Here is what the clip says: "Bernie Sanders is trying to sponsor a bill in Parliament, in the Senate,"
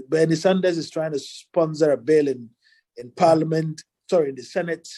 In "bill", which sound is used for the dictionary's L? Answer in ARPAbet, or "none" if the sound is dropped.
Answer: N